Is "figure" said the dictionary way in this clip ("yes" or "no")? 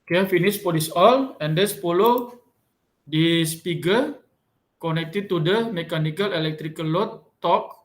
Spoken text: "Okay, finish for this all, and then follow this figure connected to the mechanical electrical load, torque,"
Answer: no